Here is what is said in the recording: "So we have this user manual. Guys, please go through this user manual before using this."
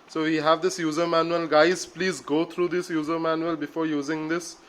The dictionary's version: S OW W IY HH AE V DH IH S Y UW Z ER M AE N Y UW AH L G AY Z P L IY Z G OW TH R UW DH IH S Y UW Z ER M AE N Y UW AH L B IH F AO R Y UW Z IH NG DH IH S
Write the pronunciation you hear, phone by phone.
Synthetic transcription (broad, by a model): S OW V IY HH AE V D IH S Y UW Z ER M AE N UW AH L G AY Z P L IY Z G OW T R UW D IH S Y UW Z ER M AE N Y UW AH L B IH F AO R Y UW Z IH NG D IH S